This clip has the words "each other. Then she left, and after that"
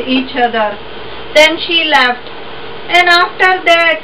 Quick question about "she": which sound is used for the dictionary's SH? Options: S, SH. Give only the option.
SH